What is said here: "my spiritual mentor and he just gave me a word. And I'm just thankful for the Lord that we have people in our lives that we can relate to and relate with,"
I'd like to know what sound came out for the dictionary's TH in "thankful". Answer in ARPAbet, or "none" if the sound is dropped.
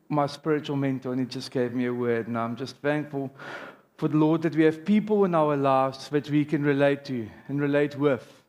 TH